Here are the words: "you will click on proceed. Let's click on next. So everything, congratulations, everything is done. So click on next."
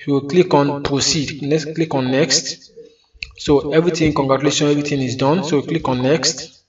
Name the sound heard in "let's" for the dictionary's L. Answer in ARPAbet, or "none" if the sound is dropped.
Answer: N